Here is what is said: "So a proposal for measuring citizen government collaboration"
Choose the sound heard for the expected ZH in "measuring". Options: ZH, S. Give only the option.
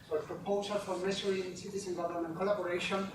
S